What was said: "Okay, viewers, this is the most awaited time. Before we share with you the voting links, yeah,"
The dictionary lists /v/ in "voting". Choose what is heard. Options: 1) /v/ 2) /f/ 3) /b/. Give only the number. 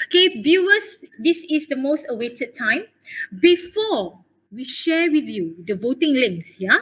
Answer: 1